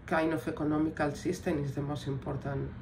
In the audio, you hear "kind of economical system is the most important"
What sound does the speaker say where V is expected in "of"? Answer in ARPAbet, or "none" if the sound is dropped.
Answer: F